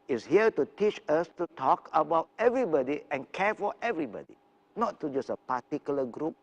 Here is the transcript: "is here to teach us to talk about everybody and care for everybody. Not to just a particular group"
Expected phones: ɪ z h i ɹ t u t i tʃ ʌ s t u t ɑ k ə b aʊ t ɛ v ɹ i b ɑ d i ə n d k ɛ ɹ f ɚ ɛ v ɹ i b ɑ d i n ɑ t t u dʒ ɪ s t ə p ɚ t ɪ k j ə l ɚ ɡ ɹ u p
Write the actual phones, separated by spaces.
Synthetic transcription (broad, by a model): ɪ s h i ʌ t u t i tʃ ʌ s t u t ɑ k ə b aʊ t ɛ v ɹ i b ɑ d i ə n k ɛ f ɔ ɛ v ɹ i b ɑ d i n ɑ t t u dʒ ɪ s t ə p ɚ t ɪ k j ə l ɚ ɡ ɹ u p